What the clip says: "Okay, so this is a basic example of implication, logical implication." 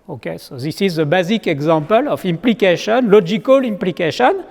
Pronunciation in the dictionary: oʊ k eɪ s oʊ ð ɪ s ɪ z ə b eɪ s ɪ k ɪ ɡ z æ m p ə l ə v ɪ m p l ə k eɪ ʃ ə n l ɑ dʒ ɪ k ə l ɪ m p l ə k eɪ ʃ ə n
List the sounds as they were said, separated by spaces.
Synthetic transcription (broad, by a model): oʊ k eɪ s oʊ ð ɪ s ɪ z ə b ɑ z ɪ k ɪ ɡ z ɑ p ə l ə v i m p l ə k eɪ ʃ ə n l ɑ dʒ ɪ k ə l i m p l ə k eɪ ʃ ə n